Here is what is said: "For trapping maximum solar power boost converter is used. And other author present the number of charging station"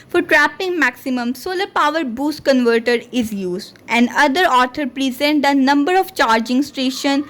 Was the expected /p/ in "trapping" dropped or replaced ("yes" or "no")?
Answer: no